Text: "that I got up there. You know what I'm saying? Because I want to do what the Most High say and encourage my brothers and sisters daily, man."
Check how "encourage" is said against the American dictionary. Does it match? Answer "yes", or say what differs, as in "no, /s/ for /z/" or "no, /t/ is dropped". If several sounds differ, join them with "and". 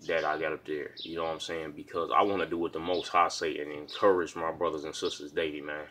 yes